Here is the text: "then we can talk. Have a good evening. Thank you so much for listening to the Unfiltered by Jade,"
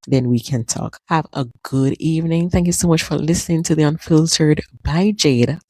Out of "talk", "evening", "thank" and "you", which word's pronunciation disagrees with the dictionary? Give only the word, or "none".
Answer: none